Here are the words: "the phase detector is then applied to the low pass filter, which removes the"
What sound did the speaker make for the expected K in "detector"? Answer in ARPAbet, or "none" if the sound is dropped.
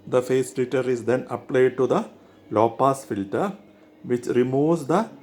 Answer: none